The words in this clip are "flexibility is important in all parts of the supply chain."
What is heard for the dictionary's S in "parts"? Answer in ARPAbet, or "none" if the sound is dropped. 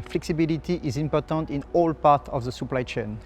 none